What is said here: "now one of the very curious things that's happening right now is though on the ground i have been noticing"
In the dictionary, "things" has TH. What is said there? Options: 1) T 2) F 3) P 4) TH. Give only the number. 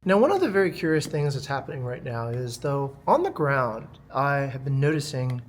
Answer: 4